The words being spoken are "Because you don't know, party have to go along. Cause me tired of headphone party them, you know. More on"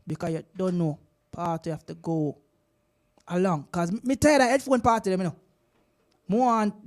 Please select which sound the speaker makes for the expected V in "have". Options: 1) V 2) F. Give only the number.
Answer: 2